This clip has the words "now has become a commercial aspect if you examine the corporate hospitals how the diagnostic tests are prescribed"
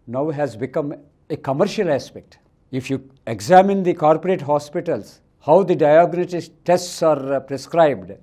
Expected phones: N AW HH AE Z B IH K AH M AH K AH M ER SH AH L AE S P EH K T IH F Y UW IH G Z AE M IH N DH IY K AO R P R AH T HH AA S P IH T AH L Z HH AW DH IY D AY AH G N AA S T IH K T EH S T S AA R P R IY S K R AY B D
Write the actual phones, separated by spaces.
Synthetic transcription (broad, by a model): N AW HH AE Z B IH K AH M AH K AH M ER SH AH L AE S P EH K T IH F Y UW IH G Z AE M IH N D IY K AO R P R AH T HH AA S P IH T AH L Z HH AW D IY D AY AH G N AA T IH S T EH S T S AA R P R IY S K R AY B D